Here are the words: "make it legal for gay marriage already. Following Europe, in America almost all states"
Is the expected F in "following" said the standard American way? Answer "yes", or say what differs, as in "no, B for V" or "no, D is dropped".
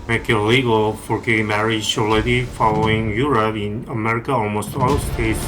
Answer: yes